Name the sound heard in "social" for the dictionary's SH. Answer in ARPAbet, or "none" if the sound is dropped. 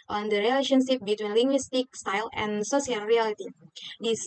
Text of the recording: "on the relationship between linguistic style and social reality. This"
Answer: S